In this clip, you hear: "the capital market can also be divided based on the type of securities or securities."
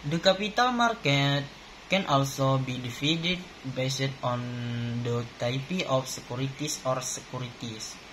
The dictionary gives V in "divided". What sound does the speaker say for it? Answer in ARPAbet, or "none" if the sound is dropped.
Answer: F